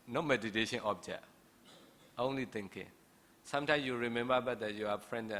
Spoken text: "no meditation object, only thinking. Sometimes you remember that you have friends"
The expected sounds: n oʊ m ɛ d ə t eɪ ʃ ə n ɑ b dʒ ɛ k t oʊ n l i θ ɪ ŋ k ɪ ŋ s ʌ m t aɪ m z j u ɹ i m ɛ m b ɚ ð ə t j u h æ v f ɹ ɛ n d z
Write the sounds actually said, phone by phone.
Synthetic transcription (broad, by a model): n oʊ m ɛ d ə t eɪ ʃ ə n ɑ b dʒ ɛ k t oʊ n l i t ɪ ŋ k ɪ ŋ s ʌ m t aɪ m j u ɹ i m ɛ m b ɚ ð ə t j u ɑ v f ɹ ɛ n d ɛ